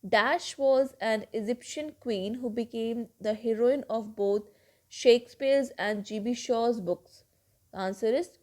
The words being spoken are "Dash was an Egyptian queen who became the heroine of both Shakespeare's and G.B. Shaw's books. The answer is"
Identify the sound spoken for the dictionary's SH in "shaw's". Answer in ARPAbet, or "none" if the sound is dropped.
SH